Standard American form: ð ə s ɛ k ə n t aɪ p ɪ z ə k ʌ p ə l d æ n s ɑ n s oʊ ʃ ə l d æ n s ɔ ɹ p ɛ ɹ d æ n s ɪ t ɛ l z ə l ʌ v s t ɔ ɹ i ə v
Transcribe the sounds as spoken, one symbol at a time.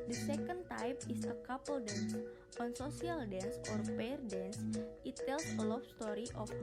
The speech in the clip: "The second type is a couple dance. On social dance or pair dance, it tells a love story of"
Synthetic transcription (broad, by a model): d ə s ɛ k ə n t aɪ p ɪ s ə k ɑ p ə l d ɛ n s ɑ n s oʊ s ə l d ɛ n s ɔ ɹ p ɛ ɹ d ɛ n s ɪ t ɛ l s ə l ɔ f s t ɔ ɹ i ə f